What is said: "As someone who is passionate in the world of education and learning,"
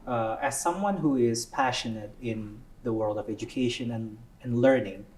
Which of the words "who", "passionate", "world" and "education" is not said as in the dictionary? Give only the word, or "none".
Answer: none